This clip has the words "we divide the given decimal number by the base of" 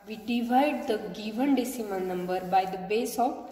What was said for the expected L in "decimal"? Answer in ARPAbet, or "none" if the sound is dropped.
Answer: N